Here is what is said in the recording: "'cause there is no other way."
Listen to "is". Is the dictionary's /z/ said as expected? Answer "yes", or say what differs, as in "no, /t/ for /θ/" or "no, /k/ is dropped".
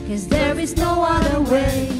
yes